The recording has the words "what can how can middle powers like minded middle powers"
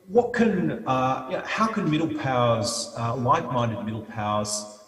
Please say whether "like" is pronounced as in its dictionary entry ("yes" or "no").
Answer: no